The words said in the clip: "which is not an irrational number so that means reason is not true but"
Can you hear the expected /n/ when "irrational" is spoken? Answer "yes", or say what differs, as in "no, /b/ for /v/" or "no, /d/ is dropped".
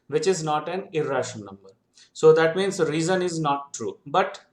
no, /n/ is dropped